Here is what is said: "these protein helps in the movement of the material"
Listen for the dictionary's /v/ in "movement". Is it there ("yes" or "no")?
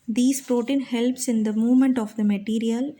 yes